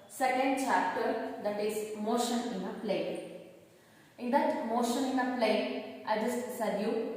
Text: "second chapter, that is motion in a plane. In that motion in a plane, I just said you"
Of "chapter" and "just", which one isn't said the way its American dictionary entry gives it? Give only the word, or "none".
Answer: none